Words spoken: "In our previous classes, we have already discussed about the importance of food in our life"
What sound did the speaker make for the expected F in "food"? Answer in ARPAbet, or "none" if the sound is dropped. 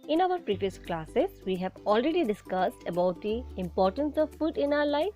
P